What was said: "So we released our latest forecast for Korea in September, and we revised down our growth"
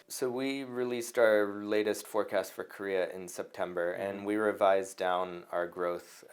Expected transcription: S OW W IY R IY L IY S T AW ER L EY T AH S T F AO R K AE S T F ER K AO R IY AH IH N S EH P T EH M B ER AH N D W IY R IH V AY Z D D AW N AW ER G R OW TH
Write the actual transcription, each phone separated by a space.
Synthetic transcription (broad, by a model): S OW W IY R IY L IY S T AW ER L EY T AH S T F AO R K AE S T F ER K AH R IY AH IH N S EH P T EH M B ER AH N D W IY R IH V AY Z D D AW N AW ER G R OW TH